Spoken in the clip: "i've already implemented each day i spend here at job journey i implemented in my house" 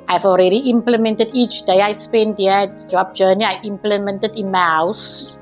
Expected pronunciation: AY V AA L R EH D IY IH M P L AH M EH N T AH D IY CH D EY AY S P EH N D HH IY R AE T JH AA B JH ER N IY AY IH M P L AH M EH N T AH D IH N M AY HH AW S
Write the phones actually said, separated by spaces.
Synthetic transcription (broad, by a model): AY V AA L R EH D IY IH M P L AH M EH N T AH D IY CH D EY AY S P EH N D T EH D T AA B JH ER N IY AY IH M P L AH M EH N T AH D IH N M AY HH AW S